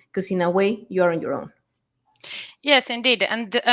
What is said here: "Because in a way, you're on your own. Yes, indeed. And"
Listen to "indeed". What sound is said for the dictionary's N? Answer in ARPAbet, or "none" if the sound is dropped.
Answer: N